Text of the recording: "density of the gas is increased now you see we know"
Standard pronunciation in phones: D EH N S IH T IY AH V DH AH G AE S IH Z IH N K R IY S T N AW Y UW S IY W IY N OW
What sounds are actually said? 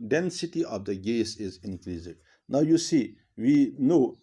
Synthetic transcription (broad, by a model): D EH N S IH T IY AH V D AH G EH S IH Z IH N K L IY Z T N AW Y UW S IY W IY N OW